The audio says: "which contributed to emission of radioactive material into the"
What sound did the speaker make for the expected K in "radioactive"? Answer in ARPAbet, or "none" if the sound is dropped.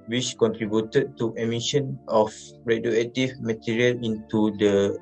none